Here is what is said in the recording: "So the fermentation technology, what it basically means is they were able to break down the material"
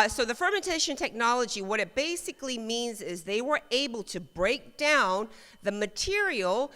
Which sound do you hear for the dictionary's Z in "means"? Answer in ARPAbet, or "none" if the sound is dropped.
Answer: Z